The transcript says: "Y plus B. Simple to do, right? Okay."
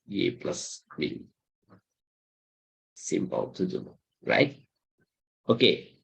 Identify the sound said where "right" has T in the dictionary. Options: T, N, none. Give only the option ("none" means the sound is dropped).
T